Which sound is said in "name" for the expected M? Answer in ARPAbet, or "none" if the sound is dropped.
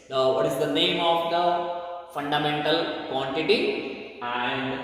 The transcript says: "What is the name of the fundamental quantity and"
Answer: M